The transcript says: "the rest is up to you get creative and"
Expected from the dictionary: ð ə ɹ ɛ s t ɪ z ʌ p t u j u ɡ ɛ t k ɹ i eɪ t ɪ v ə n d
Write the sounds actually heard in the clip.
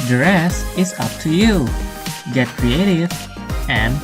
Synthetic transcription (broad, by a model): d ɹ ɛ s ɪ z ʌ p t u j u ɡ ɛ t k ɹ i eɪ t ɪ v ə n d